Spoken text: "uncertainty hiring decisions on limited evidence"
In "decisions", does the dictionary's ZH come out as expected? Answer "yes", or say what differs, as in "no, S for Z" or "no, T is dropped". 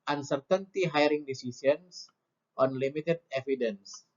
no, S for ZH